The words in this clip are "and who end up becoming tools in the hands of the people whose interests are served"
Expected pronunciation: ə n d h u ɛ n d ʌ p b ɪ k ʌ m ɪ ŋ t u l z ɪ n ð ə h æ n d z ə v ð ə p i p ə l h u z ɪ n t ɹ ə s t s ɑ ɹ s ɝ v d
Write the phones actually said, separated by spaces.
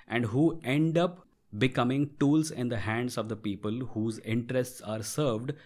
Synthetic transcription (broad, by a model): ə n d h u ɛ n d ʌ p b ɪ k ʌ m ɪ ŋ t u l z ɪ n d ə h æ n d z ə v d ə p i p ə l h u z ɪ n t ɹ ə s t s ɑ ɹ s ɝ v d